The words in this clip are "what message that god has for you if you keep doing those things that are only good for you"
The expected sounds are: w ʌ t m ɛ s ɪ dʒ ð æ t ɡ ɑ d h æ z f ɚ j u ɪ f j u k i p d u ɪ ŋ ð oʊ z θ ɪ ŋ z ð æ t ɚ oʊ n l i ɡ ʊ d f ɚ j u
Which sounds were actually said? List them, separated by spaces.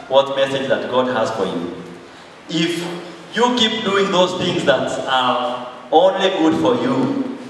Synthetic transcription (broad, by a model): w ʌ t m ɛ s ɪ dʒ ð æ t ɡ ɑ d h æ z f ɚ j u ɪ f j u k i p d u ɪ ŋ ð oʊ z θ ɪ ŋ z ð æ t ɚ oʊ l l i ɡ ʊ d f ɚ j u